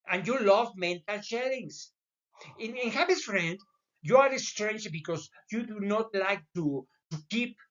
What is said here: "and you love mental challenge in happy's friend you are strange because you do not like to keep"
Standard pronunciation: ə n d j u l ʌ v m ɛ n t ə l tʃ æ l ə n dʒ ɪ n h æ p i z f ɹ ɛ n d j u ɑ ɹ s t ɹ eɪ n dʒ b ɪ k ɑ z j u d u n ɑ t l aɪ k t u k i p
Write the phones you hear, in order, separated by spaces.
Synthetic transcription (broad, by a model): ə n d j u l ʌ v m ɛ n t ə l ʃ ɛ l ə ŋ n ɪ n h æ b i s f ɹ ɛ n d j u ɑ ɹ s t ɹ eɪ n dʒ b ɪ k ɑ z j u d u n ɑ t l aɪ k t u k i p